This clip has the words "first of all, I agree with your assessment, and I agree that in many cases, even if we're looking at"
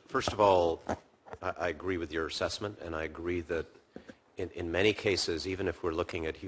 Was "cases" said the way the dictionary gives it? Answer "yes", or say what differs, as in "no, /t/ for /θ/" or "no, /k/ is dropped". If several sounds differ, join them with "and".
yes